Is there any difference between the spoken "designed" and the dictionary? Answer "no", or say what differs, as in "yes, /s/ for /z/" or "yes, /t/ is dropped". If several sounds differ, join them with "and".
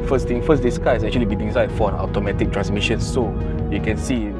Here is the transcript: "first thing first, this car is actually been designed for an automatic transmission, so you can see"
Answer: yes, /s/ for /z/ and /n/ is dropped